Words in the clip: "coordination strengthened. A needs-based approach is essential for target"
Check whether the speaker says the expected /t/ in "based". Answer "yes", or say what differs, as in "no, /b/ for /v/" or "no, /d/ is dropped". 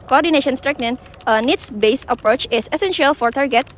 no, /t/ is dropped